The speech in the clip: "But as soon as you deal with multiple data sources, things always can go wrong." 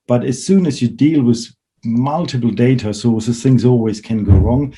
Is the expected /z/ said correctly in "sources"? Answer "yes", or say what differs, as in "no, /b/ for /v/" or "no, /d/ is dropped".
no, /z/ is dropped